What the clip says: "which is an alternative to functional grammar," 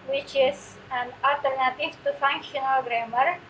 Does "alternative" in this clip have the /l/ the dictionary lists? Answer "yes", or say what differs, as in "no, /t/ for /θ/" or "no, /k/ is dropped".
no, /l/ is dropped